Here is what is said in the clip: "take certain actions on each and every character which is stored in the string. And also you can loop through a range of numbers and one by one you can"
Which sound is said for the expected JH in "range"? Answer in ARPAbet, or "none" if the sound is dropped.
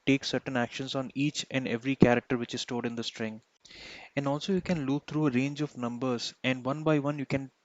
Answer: JH